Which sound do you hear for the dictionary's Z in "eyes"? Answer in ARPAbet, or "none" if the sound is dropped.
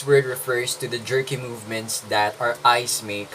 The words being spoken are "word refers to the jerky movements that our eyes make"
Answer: S